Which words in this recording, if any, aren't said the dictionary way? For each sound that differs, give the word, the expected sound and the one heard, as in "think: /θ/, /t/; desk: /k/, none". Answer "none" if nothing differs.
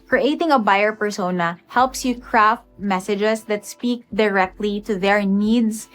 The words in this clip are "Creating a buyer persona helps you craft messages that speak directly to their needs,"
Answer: messages: /z/, /s/